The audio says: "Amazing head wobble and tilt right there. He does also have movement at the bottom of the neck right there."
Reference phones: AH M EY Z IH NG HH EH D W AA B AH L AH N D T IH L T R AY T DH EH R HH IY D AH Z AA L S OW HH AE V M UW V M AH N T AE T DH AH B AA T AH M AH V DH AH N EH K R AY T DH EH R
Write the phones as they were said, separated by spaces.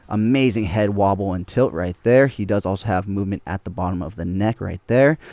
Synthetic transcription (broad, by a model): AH M EY Z IH NG HH EH D W AA B L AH N T IH L T R AY T DH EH R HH IY D AH Z AA L S OW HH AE V M UW V M AH N T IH T DH AH B AA T AH M AH V DH AH N EH K R AY T DH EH R